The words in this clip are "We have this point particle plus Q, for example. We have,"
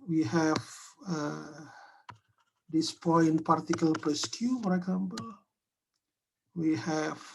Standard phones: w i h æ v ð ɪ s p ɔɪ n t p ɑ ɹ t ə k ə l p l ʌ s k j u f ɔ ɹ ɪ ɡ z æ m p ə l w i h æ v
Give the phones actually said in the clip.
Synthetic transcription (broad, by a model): w i h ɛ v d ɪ s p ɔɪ n p ɑ ɹ t ə k ə l p ʌ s k j u f ɔ ɹ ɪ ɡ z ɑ m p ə l w i h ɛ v